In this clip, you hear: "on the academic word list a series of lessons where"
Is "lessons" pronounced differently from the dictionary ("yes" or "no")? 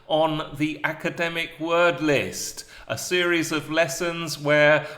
no